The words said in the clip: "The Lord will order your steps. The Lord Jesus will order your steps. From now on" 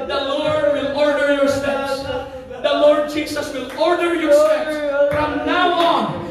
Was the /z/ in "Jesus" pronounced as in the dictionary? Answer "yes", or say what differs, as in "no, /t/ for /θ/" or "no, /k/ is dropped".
no, /s/ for /z/